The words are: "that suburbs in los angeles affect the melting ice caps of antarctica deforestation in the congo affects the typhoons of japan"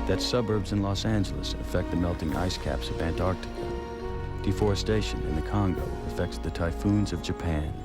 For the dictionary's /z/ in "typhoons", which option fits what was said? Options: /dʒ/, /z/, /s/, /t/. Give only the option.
/z/